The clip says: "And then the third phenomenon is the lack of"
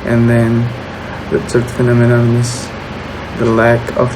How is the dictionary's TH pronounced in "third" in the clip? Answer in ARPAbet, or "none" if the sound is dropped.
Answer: S